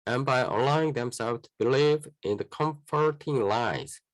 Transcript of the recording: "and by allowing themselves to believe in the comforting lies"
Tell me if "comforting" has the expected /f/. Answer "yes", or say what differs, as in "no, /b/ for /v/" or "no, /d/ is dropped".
yes